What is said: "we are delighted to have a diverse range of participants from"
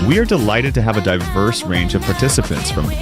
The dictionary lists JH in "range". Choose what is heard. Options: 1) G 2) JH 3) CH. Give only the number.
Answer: 2